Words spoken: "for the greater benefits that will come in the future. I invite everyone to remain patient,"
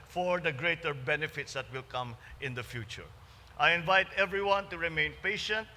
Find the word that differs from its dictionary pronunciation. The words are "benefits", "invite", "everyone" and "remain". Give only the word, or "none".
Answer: none